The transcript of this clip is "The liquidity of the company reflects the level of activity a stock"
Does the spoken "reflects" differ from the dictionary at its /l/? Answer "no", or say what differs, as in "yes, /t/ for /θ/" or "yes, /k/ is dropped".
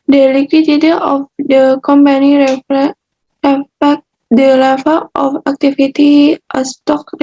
yes, /l/ is dropped